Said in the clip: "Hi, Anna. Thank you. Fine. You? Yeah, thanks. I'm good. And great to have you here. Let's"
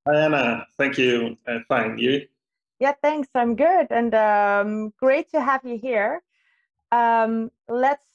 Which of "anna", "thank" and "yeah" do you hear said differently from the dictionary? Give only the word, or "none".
none